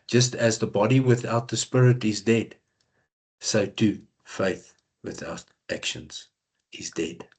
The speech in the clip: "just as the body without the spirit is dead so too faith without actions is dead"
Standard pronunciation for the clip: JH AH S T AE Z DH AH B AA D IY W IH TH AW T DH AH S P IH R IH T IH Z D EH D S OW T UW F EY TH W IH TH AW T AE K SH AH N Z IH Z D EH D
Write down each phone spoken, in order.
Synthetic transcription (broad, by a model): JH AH S T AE Z DH AH B AA D IY W IH TH AW T DH AH S P IH R IH T IH Z D EH D S OW T UW F EY TH W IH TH AW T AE K SH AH N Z IH Z D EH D